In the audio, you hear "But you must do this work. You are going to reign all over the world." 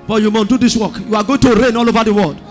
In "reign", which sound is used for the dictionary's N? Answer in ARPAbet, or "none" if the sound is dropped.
N